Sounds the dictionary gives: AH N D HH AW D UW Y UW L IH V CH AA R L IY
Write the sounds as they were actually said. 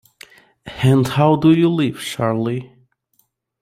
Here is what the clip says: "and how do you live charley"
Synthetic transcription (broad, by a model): AH N D HH AW D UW Y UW L IH V SH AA R L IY